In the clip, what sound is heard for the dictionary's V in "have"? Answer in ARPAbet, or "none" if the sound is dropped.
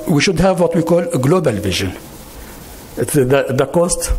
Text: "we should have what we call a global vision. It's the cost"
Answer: V